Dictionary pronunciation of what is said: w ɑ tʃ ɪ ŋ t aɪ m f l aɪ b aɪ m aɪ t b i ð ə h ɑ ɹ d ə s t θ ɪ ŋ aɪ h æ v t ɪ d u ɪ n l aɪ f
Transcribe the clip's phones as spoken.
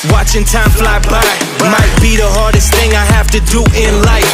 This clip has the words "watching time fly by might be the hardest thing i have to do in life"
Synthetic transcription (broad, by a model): w ɑ tʃ ɪ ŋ t aɪ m f l aɪ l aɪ m aɪ t b i ð ə h ɑ ɹ d ə s t θ ɪ ŋ aɪ h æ f t ɪ d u ɪ n l aɪ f